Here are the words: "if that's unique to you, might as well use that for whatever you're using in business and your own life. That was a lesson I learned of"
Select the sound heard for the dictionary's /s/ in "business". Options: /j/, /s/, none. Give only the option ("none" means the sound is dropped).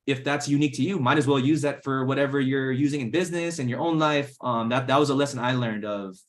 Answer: /s/